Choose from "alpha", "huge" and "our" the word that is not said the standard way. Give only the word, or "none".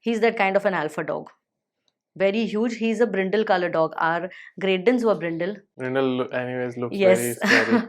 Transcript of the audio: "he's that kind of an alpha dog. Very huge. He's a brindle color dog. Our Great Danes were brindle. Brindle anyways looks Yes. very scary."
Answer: none